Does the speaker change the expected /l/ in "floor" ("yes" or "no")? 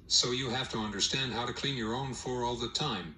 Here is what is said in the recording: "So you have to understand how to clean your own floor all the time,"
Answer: yes